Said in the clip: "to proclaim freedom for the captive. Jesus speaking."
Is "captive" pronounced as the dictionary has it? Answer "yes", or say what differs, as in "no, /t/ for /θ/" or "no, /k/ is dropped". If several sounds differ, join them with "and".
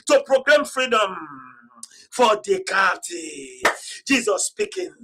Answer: no, /p/ is dropped